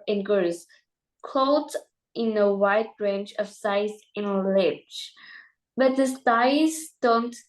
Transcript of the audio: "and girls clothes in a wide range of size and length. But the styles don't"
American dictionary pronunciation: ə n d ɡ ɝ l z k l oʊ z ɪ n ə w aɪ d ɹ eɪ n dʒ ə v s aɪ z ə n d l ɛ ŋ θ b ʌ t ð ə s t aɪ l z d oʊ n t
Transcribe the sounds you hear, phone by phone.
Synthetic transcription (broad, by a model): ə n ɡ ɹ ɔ z k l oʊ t ɪ n ə w aɪ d ɹ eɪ n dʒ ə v s aɪ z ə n l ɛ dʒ b ʌ t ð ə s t aɪ z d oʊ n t